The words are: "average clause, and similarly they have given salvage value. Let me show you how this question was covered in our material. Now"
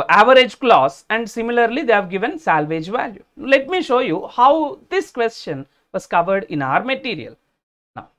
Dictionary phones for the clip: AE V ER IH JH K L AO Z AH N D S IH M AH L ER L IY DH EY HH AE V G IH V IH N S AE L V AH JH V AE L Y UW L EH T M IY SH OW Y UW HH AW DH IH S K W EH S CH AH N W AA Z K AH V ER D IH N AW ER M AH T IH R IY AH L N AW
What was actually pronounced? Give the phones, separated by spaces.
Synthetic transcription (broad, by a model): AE V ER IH JH K L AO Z AH N D S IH M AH L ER L IY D EY HH AE V G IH V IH N S AE L V AH JH V AE L Y UW L EH T M IY SH OW Y UW HH AW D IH S K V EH S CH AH N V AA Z K AH V ER D IH N AW ER M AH T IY R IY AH L N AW